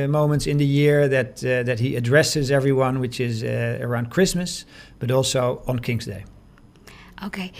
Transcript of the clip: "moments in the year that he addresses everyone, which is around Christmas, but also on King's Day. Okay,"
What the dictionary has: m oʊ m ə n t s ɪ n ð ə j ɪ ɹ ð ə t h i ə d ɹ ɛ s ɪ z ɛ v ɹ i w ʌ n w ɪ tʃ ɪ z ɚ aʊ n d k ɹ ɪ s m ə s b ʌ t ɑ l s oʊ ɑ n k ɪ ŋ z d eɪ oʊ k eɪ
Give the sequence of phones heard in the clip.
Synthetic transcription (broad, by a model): m oʊ m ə n t s ɪ n ð ə j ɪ ɹ ð ə t h i ə d ɹ ɛ s ɪ z ɛ v ɹ i w ʌ n w ɪ tʃ ɪ z ɚ aʊ n d k ɹ ɪ s m ə s b ʌ t ɑ l s oʊ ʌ n k ɪ ŋ z d eɪ oʊ k eɪ